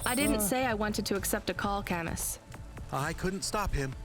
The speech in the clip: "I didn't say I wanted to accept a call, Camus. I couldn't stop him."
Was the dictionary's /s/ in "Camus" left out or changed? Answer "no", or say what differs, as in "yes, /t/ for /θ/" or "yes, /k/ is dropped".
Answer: no